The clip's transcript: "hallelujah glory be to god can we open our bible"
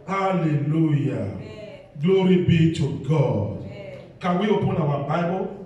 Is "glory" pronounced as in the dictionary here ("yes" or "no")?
yes